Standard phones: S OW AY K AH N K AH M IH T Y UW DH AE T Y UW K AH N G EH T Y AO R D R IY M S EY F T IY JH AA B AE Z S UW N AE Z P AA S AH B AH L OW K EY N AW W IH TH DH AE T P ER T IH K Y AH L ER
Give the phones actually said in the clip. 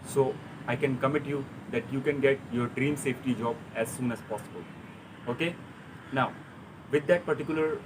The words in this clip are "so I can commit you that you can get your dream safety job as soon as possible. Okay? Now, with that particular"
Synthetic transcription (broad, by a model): S OW AY K AH N K AH M IH T Y UW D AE T Y UW K AH N G EH T Y AO R D R IY M S EY F T IY JH AA B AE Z S UW N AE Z P AA S AH B AH L OW K EY N AW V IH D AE T P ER T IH K Y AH L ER